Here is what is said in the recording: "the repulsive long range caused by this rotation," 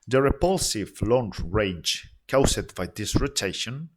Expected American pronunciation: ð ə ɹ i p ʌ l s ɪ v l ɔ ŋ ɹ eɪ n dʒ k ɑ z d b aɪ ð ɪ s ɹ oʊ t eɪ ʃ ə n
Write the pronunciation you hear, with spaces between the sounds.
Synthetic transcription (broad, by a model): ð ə ɹ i p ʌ l s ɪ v l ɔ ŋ ɹ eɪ dʒ k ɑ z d b aɪ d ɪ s ɹ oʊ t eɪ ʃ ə n